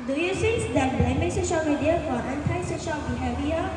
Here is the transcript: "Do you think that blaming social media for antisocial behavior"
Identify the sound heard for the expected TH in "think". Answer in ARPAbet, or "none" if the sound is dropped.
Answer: S